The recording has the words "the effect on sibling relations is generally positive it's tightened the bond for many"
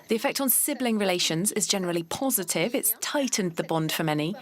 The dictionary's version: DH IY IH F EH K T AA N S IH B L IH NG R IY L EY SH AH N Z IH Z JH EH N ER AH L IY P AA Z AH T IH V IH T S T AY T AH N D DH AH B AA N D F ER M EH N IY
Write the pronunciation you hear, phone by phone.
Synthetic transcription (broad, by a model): DH IY IH F EH K T N S IH B L IH NG R IY L EY SH AH N Z IH Z JH EH N ER AH L IY P AA Z AH T IH V IH T S T AY T N DH AH B AA N D F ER M EH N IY